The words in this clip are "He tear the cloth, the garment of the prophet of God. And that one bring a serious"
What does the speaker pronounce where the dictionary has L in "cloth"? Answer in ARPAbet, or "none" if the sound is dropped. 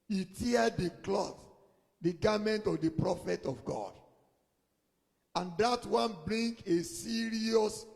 L